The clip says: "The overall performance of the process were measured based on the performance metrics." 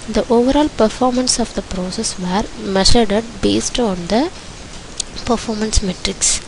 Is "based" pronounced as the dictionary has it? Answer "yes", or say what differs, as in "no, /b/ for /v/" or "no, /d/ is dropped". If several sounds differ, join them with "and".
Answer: yes